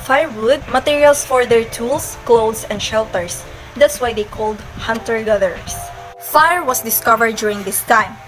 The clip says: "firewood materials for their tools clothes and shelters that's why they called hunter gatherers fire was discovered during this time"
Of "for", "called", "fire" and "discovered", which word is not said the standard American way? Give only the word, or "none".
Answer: none